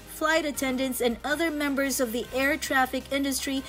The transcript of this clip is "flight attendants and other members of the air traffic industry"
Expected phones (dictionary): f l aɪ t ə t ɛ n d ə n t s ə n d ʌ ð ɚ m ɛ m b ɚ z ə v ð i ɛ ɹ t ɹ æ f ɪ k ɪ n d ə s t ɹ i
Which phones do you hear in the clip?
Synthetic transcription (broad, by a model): f l aɪ t ə t ɛ n d ə n t s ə n ʌ ð ɚ m ɛ m b ɚ z ə v ð i ɛ ɹ t ɹ æ f ɪ k ɪ n d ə s t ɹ i